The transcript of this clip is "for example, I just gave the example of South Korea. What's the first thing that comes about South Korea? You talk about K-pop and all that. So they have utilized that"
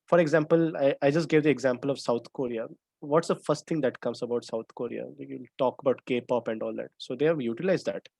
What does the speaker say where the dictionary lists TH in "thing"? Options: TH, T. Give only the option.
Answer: T